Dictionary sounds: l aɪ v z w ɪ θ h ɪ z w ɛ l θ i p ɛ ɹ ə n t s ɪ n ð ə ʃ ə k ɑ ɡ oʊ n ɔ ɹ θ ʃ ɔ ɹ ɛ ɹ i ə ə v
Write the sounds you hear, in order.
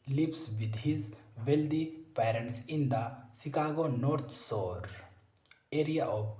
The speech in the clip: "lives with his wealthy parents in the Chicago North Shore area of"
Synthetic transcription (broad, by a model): l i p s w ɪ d h ɪ z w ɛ l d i p ɛ ɹ ə n t s ɪ n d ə s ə k ɑ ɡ oʊ n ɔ ɹ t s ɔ ɹ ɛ ɹ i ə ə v